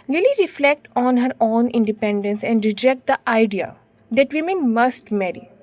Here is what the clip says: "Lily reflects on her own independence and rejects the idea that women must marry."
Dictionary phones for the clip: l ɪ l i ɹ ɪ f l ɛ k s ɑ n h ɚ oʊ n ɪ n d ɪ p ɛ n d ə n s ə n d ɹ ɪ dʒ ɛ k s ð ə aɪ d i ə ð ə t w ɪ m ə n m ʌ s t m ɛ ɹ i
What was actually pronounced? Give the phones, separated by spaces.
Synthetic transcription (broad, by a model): l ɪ l i ɹ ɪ f l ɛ k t ɑ n h ɚ oʊ n ɪ n d ɪ p ɛ n d ə n s ə n d ɹ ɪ dʒ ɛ k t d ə aɪ d i ə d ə t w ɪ m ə n m ʌ s t m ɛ ɹ i